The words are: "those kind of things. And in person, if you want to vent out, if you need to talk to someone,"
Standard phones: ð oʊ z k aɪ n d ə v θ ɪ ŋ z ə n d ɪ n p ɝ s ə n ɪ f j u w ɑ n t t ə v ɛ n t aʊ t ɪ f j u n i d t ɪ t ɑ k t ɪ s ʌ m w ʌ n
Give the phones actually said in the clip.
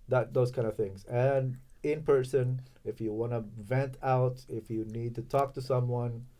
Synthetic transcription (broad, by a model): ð oʊ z k aɪ n d ə v θ ɪ ŋ z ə n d ɪ n p ɝ s ə n ɪ f j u w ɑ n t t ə v ɛ n t aʊ t ɪ f j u n i d t ɪ t ɑ k t ɪ s ʌ m w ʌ n